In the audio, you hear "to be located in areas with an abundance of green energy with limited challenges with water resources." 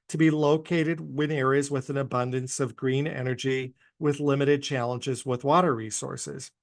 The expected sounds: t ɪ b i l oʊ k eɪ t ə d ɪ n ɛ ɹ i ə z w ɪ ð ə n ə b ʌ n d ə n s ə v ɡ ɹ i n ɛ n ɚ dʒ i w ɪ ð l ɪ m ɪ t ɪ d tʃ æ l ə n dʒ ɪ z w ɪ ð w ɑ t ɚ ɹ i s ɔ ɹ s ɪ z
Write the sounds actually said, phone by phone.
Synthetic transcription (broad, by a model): t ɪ b i l oʊ k eɪ t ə d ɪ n ɛ ɹ i ə z w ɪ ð ə n ə b ʌ n d ə n s ə v ɡ ɹ i n ɛ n ɚ dʒ i w ɪ ð l ɪ m ɪ t ɪ d tʃ æ l ə n dʒ ɪ z w ɪ ð w ɑ t ɚ ɹ i s ɔ ɹ s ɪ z